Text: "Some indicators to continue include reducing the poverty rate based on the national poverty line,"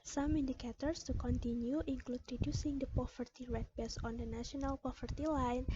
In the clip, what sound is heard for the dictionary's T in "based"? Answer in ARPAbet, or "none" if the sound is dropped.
none